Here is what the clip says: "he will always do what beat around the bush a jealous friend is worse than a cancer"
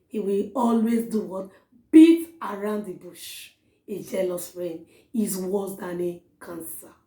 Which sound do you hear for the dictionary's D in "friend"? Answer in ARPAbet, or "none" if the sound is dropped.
none